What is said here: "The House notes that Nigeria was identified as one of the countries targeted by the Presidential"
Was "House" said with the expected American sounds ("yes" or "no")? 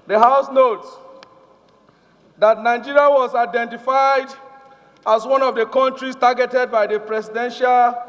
yes